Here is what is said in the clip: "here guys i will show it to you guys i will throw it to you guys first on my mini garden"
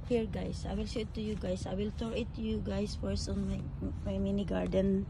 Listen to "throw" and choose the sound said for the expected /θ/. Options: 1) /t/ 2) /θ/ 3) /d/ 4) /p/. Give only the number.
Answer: 1